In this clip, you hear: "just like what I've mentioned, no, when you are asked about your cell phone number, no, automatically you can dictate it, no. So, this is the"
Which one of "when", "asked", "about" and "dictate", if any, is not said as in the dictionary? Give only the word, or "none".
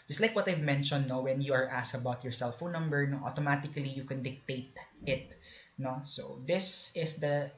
asked